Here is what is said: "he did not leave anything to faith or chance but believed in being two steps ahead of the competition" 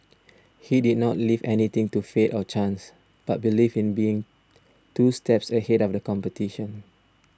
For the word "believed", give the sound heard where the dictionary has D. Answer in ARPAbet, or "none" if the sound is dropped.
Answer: none